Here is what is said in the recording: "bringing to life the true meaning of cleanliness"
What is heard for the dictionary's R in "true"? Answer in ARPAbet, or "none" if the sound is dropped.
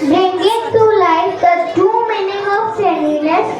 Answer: none